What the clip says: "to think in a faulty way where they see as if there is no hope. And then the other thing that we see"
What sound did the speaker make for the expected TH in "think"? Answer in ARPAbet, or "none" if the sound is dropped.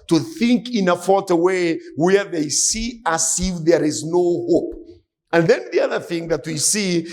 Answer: TH